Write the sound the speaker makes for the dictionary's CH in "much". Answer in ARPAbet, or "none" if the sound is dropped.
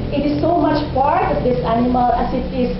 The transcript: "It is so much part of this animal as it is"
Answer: CH